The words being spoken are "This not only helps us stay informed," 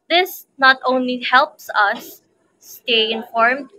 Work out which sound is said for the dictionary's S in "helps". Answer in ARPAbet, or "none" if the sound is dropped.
S